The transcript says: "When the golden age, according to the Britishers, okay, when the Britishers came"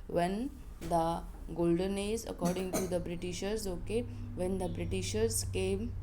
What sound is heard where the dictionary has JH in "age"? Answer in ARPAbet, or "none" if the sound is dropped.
Z